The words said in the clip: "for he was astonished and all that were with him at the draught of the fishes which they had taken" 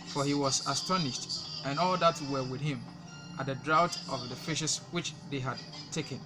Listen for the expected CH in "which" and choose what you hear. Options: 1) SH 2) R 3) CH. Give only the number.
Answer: 3